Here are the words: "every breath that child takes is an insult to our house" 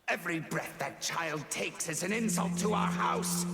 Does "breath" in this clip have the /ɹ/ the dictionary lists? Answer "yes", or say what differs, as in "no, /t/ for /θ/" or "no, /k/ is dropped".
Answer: yes